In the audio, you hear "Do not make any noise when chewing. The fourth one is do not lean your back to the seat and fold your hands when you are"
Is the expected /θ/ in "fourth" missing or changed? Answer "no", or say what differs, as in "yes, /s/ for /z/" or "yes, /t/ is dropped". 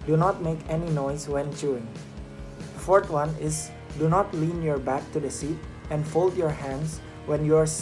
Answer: yes, /t/ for /θ/